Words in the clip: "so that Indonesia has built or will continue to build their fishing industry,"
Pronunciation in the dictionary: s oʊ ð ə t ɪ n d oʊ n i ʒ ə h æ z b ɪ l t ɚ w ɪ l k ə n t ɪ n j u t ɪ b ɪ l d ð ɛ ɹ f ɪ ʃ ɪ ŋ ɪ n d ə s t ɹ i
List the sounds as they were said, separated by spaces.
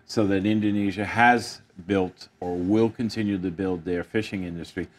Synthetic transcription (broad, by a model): s oʊ ð ə t ɪ n d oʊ n i ʒ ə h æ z b ɪ l t ɚ w ɪ l k ə n t ɪ n j u t ɪ b ɪ l d ð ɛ ɹ f ɪ ʃ ɪ ŋ ɪ n d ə s t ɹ i